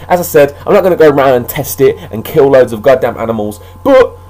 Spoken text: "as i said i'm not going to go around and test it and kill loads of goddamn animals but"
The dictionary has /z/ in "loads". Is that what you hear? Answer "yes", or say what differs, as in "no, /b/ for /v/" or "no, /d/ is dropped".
yes